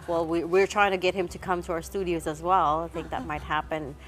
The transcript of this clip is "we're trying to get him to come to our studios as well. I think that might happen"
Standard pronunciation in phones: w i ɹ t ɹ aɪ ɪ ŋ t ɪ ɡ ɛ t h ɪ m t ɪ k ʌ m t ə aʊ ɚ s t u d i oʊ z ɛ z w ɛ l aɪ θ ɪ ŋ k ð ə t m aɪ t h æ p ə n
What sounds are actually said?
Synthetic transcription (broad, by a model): w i ɹ t ɹ aɪ ɪ ŋ t ɪ ɡ ɛ t h ɪ m t ɪ k ʌ m t ə aʊ ɚ s t u d i oʊ z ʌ z w ɛ l aɪ θ ɪ ŋ k ð ə t m aɪ t h æ p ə n